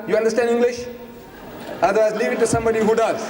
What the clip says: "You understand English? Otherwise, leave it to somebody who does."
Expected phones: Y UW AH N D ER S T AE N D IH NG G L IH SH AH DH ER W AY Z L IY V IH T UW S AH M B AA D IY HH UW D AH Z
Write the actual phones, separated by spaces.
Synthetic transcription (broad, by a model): Y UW AH N D ER S T AE N D IH NG G L IH SH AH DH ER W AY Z L IY V IH T UW S AH M B AA D IY HH UW D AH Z